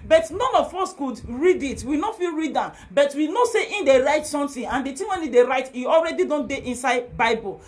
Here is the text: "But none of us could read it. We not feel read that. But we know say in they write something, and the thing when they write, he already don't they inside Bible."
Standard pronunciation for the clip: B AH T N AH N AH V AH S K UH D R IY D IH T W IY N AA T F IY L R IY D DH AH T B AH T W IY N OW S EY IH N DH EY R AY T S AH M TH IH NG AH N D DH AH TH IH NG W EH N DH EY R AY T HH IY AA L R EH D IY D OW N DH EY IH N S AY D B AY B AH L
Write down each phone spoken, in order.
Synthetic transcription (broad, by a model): B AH T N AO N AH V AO S K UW D R IY D IH T W IY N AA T F IY L R IY D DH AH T B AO T W IY N OW S EY IH N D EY R AY T S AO M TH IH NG AH N D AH T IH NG W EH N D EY R AY T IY AA L R EH D IY D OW N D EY IH N S AY D B AY B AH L